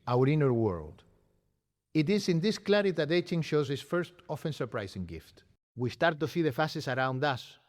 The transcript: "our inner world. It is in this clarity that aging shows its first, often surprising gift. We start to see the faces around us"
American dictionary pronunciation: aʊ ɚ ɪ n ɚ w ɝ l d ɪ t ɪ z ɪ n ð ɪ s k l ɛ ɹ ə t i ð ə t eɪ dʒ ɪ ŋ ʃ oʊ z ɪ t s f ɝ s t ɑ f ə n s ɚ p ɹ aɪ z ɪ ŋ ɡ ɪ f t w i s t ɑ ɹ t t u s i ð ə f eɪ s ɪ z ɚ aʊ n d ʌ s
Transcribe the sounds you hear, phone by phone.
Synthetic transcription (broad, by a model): aʊ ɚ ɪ n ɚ w ɝ l d ɪ t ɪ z ɪ n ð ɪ s k l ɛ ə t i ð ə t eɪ tʃ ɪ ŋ ʃ oʊ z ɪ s f ɝ s t ɑ f ə n s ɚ p ɹ aɪ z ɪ ŋ ɡ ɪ f t w i s t ɑ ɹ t t u s i ð ə f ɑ s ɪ s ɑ aʊ n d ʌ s